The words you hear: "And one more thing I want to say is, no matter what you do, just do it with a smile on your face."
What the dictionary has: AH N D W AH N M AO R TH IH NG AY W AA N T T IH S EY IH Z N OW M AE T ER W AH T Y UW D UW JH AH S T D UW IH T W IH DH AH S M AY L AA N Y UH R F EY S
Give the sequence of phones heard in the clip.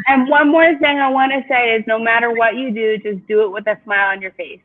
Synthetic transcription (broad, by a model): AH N W AH N M AO R TH IH NG AY W AA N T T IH S EY IH Z N OW M AE T ER W AH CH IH D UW JH AH S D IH IH T W IH DH AH S M AY L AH N Y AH R F EY S